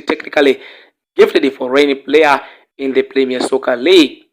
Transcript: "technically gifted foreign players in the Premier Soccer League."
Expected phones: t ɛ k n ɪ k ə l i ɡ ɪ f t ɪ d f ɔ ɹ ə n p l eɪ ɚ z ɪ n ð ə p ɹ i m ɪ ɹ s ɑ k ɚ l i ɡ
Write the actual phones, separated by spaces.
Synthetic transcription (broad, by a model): t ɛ k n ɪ k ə l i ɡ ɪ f t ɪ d f ɔ ɹ ə n p l eɪ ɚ ɪ n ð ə p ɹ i m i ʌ s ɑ k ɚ l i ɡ